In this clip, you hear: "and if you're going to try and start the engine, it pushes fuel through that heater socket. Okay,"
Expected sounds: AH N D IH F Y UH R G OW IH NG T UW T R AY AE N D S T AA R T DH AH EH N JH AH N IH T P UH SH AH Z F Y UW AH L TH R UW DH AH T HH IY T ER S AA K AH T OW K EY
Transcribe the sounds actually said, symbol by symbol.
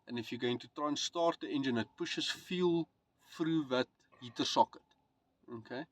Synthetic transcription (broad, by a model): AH N IH F Y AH G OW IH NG T UW T R AY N S T AA R T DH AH EH N JH AH N IH T P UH SH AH S F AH L F R UW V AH T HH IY T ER S AA K AH T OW K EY